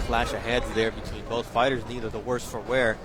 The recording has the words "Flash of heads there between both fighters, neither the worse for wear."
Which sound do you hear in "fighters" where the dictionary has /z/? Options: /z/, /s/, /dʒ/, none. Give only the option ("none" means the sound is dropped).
/z/